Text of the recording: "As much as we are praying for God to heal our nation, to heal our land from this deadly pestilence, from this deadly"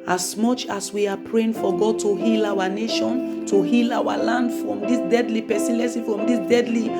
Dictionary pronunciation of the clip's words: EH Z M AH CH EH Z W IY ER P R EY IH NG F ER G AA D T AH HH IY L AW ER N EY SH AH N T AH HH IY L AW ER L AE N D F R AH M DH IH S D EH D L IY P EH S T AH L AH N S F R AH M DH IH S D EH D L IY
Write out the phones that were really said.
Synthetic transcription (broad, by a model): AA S M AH CH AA S W IY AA P R EY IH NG F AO G AA D T AH HH IY L AW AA N EY SH AH N T AH HH IY L AW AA L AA N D F R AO M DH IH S D EH D L IY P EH S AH L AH S F R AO M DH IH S D EH D L IY